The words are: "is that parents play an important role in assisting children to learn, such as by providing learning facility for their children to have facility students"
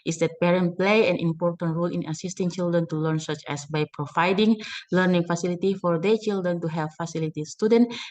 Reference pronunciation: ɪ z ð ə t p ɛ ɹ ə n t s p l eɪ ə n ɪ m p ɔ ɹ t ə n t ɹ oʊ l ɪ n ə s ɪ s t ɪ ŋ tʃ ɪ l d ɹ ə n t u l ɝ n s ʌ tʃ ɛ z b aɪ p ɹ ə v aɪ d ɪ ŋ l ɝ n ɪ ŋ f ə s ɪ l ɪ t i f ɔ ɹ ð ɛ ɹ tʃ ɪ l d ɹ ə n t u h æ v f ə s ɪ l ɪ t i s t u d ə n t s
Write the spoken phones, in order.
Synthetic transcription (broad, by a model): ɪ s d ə t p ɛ ɹ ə n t p l eɪ ə n ɪ m p ɔ ɹ t ə n t ɹ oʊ l ɪ n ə s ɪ s t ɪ ŋ tʃ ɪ l d ɹ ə n t u l ɝ n s ʌ tʃ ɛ s b aɪ p ɹ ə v aɪ d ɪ ŋ l ɝ n ɪ ŋ f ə s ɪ l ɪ t i f ɔ ɹ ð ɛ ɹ tʃ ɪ l d ɹ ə n t u h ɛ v f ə s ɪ l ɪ t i s t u d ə n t